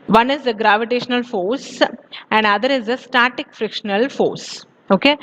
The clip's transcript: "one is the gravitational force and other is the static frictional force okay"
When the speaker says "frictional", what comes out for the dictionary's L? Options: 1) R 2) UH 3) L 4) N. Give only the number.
3